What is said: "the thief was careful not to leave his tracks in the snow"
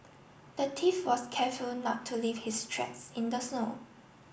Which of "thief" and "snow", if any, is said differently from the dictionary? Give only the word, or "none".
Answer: thief